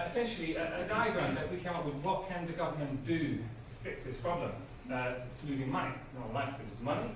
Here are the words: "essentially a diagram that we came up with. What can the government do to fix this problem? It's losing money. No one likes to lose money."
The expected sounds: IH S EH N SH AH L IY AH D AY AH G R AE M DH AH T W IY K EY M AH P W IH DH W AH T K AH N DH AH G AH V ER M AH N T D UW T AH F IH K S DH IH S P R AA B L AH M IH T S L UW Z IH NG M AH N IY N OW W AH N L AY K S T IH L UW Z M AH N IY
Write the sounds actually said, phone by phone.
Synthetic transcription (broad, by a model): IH S EH N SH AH L IY AH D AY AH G R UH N DH AH T W IY K EY M AH P W IH DH W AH T K AH N DH AH G AH V ER M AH N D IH T AH F IH K S DH IH S P R AA B L AH M IH T S L UW Z IH NG M AH N IY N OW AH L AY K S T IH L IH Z M AH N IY